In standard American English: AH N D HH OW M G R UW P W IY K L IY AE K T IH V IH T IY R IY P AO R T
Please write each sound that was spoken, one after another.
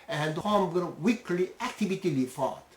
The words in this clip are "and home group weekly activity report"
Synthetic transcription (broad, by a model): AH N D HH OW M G UW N W IY K L IY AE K T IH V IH T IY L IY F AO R